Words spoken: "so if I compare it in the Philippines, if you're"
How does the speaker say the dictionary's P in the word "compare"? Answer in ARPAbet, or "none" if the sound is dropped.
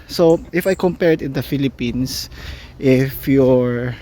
P